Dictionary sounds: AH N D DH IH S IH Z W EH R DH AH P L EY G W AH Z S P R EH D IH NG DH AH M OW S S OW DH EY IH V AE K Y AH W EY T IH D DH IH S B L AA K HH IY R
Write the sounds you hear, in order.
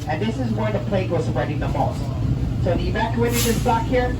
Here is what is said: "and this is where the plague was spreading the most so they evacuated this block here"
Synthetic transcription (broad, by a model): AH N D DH IH S IH Z W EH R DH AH P L EY G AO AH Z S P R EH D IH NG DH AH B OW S S OW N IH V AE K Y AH EY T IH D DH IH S B L AA K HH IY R